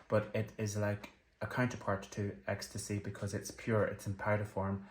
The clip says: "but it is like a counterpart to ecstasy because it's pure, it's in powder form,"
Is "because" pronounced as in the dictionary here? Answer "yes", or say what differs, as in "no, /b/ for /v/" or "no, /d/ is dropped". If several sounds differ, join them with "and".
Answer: yes